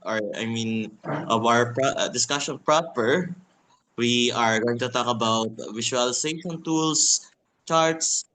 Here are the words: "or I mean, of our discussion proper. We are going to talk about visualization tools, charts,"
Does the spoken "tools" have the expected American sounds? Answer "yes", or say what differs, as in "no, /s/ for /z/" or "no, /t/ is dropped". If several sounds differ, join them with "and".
no, /s/ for /z/